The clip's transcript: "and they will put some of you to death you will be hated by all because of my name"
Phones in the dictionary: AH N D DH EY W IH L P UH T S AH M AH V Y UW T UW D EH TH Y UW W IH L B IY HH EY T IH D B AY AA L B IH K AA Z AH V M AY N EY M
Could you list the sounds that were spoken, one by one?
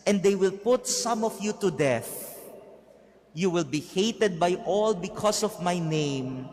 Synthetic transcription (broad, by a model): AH N D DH EY W IH L P UH T S AH M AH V Y UW T UW D EH TH Y UW W IH L B IY HH EY T IH D B AY AA L B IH K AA S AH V M AY N EY M